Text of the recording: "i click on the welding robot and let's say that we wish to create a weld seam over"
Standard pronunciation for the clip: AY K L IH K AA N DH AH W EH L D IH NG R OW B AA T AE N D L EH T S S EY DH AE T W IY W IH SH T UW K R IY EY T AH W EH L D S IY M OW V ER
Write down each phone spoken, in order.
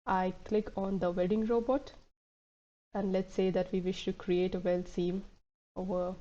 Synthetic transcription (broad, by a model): AY K L IH K AA N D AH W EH D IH NG R OW B AA T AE N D L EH T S S EY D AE T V IY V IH SH T UW K R IY EY T AH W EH L S IY M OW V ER